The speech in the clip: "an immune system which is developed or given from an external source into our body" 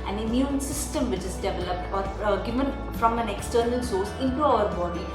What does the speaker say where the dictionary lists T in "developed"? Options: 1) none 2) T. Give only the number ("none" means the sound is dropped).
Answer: 2